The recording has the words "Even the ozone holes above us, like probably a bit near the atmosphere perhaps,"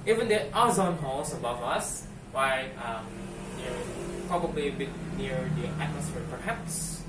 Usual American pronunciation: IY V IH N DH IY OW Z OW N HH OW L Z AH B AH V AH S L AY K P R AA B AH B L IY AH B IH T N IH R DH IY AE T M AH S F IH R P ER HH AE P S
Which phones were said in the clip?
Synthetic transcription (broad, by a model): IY V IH N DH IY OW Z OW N HH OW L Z AH B AH V AH S W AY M P R AA B AH B L IY AH B IH T N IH R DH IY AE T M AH S F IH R P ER HH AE P S